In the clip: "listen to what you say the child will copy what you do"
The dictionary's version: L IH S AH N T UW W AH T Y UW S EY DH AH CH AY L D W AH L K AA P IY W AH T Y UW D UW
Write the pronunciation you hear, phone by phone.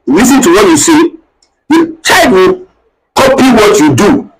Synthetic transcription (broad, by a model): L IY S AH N T UW W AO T Y UW S EY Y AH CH AY D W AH K AA P IY W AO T Y UW D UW